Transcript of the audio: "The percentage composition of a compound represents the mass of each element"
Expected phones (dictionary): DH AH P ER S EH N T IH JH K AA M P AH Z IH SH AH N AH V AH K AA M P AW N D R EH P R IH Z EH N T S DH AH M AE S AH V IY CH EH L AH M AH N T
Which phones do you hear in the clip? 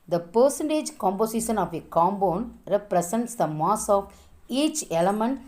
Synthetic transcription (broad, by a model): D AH P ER S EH N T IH JH K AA M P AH S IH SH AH N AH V AH K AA M B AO N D R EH P R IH S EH N T S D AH M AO S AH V IY CH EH L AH M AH N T